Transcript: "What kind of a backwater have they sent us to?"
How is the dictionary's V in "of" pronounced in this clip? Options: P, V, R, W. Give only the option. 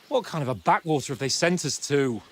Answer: V